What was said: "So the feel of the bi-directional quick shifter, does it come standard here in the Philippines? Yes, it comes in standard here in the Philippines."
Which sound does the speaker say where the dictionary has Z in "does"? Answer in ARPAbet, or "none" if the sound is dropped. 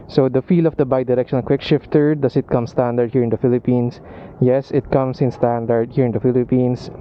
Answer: S